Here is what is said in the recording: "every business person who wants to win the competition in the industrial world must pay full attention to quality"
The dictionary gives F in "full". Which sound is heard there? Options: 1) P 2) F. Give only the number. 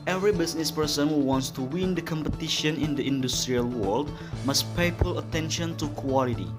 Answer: 1